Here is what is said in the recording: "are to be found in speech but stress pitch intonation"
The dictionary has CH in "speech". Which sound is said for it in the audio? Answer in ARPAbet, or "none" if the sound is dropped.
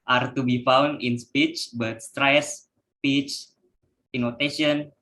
CH